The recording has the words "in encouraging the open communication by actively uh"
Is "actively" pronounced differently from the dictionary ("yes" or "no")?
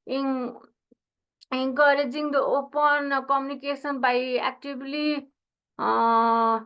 yes